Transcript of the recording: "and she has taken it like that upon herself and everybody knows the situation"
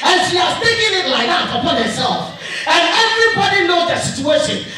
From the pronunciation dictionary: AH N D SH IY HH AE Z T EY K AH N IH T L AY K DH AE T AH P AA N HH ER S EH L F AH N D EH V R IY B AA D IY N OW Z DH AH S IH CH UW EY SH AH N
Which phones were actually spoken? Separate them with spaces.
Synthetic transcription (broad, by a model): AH N SH IY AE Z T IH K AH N IH T L AY K DH AE T AH P AA N HH ER S EH L F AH N EH V R IY B AA D IY N OW Z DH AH S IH CH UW EY SH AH N